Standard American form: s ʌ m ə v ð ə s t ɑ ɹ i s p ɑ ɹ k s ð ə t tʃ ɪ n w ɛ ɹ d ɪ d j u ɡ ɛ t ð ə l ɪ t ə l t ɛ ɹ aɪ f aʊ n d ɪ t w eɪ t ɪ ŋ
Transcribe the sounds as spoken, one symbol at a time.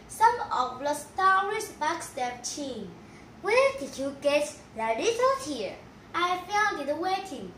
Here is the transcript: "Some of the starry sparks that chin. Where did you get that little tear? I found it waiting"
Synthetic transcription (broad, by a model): s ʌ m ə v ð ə s t ɑ ɹ i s b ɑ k s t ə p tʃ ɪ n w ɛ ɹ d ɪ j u ɡ ɛ t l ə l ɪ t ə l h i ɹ aɪ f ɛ l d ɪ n w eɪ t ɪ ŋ